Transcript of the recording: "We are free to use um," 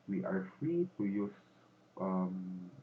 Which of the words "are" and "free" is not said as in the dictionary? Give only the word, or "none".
none